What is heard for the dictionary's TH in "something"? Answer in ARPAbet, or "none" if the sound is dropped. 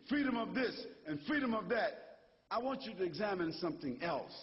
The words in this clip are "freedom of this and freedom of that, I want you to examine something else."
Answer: TH